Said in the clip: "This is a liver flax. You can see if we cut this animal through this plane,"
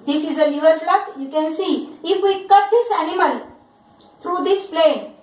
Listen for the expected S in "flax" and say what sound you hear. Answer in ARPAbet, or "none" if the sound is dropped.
none